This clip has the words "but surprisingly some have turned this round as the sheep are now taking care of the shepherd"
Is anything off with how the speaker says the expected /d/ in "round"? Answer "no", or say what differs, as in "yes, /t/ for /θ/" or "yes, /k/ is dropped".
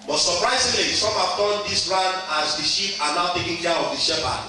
yes, /d/ is dropped